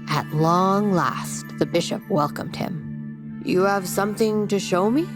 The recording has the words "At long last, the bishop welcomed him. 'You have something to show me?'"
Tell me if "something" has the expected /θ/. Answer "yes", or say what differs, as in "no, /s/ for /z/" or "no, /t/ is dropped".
yes